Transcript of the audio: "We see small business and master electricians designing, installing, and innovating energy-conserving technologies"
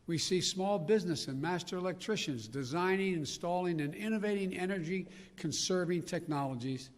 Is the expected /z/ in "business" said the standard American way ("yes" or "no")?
yes